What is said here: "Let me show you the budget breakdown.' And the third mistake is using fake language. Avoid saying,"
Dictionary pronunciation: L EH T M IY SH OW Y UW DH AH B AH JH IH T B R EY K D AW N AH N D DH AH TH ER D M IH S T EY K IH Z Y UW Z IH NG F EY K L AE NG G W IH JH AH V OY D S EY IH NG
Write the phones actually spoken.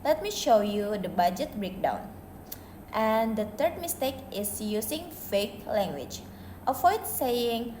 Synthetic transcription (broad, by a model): L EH T M IY SH OW Y UW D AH B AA JH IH T B R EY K D AW N AH N D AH T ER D M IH S T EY K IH S Y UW S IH NG F EY K L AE NG G W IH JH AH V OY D S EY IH NG